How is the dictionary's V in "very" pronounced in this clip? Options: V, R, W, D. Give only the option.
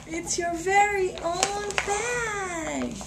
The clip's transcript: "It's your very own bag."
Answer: V